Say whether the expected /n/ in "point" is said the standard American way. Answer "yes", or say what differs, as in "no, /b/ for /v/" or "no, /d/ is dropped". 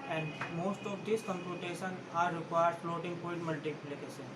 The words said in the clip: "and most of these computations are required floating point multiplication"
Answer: no, /n/ is dropped